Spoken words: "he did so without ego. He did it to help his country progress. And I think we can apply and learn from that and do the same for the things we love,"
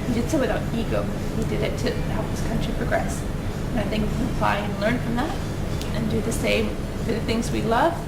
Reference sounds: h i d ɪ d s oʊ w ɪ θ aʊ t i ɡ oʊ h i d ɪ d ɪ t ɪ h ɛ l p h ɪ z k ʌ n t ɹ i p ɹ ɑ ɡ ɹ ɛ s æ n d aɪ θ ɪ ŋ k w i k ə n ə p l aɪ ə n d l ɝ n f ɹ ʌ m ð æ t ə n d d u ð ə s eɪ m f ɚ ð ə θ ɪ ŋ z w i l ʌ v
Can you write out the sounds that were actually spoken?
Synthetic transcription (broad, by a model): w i d ɪ d s oʊ w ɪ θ aʊ t i ɡ oʊ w i d ɪ d ɪ t ɪ h ɛ l p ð ɪ s k ʌ n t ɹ i p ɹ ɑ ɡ ɹ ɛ s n aɪ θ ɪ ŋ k w i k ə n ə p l aɪ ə n l ɝ n f ɹ ʌ m ð æ t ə n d d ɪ ð ə s eɪ m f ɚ ð ə θ ɪ ŋ z w i l ʌ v